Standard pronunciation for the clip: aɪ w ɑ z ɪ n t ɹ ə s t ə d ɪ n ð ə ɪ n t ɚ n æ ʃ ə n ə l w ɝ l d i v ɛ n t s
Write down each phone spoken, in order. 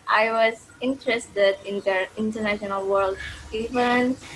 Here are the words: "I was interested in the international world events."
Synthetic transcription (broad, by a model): aɪ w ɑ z ɪ n t ɹ ə s t ə d ɪ n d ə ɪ n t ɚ n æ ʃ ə n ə l w ɝ l d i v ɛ n